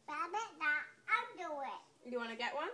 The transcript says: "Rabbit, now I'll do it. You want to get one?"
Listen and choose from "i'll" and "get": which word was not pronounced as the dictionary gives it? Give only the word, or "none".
i'll